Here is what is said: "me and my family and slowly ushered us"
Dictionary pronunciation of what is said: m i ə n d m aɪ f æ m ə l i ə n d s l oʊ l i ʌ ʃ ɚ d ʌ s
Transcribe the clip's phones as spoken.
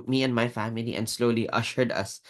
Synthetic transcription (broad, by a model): m i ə n m aɪ f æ m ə l i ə n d s l oʊ l i ʌ ʃ ɚ d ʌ s